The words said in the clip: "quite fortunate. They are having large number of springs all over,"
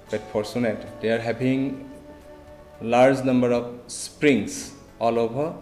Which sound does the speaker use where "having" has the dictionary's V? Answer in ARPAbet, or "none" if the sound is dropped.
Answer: B